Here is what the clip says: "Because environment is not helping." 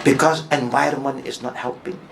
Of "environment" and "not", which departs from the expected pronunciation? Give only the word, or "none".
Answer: none